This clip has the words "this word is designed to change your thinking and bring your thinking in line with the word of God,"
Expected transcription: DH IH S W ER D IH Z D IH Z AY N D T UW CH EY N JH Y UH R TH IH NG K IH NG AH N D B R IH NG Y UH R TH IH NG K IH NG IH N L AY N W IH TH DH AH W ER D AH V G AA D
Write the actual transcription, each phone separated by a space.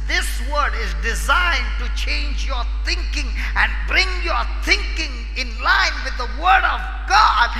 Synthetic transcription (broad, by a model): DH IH S W ER D IH Z D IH Z AY N T UW CH EY N JH Y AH R TH IH NG K IH NG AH N B R IH NG Y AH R TH IH NG K IH NG IH N L AY N W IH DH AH W ER D AH V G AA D